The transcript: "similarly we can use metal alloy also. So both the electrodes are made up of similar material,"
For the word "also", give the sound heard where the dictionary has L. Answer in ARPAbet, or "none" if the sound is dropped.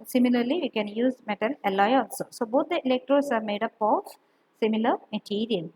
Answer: N